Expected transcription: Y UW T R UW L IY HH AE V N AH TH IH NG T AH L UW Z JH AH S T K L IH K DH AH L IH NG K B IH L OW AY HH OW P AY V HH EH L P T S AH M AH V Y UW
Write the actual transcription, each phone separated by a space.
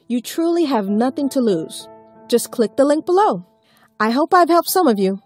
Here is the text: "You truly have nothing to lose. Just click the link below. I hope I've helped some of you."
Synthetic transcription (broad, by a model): Y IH T R UW L IY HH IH V N AH TH IH NG T AH L UW Z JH AH S K L IH K DH AH L IH NG K B IH L OW AY HH OW P AY V HH EH L P T S AH M AH V Y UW